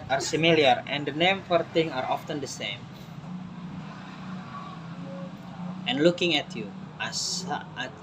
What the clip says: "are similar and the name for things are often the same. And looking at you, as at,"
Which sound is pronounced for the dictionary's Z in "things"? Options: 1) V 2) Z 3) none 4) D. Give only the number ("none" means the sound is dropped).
3